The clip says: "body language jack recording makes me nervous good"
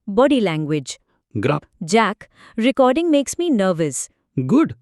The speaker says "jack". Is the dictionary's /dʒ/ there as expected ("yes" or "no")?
yes